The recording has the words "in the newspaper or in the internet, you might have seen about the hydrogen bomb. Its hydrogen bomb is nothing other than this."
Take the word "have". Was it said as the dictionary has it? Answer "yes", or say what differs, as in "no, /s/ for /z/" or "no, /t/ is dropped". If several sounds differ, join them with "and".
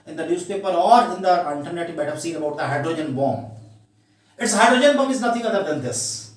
no, /f/ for /v/